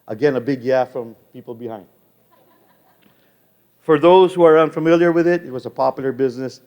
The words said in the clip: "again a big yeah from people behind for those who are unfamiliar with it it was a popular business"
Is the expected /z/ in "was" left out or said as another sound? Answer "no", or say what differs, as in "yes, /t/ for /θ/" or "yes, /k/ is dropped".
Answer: no